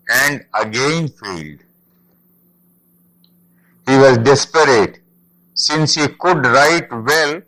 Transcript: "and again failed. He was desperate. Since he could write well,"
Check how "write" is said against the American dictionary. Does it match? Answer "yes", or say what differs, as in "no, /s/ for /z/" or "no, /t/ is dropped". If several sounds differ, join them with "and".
yes